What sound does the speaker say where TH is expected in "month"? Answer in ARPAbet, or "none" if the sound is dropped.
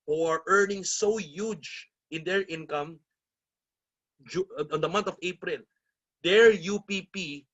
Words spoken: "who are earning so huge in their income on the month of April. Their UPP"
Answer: T